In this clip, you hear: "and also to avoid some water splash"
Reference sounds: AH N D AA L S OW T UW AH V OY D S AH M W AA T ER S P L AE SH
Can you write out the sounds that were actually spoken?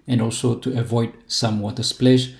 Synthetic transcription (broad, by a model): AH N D AA L S OW T UW AH V OY D S AH M W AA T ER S P L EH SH